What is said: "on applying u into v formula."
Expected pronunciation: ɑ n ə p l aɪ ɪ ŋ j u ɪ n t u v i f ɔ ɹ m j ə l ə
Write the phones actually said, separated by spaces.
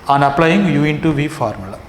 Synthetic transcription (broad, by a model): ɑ n ə p l aɪ ɪ ŋ j u ɪ n t u v i f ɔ ɹ m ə l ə